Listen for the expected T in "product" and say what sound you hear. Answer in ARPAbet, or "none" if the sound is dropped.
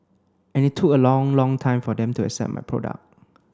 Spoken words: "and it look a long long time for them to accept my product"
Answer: none